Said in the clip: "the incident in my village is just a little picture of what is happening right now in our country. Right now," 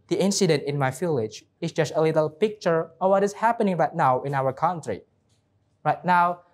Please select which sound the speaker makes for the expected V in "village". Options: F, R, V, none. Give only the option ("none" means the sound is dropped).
F